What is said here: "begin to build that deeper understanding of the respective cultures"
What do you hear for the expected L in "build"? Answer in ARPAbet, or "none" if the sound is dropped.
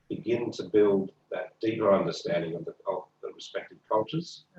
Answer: L